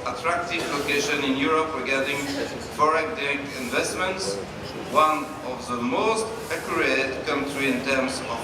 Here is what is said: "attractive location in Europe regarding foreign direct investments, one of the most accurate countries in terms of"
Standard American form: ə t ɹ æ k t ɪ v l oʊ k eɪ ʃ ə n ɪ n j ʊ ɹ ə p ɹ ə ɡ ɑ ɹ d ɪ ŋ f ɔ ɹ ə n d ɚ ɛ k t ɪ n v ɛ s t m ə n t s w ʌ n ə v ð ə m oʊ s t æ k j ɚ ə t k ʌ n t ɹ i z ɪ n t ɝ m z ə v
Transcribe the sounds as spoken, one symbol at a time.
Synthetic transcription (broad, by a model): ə t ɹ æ k t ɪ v l oʊ k eɪ ʃ ə n ɪ n j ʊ ɹ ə p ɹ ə ɡ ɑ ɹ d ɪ ŋ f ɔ ɹ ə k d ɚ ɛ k ɪ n v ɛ s t m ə n t s w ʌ n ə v ð ə m oʊ s t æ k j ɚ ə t k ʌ n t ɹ i ɪ n t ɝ m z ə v